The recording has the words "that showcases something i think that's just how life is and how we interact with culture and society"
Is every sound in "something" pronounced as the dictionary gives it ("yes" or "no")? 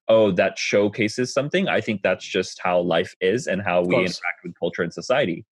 yes